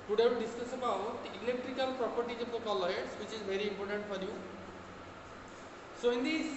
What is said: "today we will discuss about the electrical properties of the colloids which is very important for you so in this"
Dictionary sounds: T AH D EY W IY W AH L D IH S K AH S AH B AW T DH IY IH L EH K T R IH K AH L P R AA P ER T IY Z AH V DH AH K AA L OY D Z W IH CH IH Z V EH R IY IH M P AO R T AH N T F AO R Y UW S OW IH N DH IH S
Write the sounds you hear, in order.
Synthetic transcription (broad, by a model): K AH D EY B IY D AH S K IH S AH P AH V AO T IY IH L EH K T R IH K AH L P R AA P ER T IY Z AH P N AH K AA L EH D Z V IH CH IH Z V EH R IY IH M P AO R T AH N T F AO R Y UW S OW IH N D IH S